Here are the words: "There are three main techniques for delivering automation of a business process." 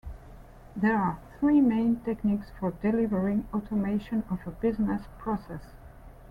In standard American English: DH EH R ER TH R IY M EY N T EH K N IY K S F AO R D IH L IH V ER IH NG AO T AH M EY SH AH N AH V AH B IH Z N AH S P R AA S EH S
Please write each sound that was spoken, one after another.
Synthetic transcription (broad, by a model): DH EH R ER TH R IY M EY N T EH K N IY K S F AO R D IH L IH V ER IH NG AO T AH M EY SH AH N AH V AH B IH Z N AH S P R AA S EH S